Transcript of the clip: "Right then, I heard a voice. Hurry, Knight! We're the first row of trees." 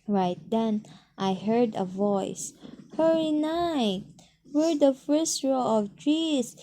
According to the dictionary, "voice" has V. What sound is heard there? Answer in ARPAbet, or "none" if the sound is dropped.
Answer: V